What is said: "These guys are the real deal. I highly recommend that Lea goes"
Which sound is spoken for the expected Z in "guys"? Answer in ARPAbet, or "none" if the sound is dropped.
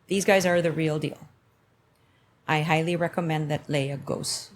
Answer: Z